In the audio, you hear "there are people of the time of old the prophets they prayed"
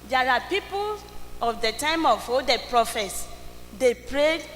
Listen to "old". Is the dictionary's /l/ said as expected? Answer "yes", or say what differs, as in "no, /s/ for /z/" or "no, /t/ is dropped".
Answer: no, /l/ is dropped